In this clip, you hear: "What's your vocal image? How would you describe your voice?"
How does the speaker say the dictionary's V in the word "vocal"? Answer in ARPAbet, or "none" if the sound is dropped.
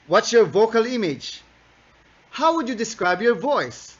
V